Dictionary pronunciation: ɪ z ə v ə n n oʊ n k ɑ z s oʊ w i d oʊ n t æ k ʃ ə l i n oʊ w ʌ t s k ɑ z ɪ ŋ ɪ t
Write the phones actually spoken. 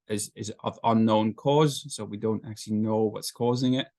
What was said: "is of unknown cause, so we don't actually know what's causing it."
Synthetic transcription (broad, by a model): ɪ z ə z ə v n oʊ n k ɑ z s oʊ w i d oʊ n t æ k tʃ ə l i n oʊ w ʌ t s k ɑ z ɪ ŋ ɪ t